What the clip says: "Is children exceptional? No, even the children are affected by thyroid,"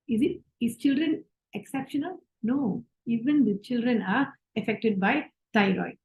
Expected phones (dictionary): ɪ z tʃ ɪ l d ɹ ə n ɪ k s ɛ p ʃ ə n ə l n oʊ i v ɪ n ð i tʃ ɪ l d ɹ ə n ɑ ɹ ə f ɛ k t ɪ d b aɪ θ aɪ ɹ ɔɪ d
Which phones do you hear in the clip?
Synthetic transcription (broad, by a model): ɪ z tʃ ɪ l d ɹ ə n ɪ k s ɛ p ʃ ə n ə l n oʊ i v ɪ n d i tʃ ɪ l d ɹ ə n ɑ ɹ ə f ɛ k t ɪ d b aɪ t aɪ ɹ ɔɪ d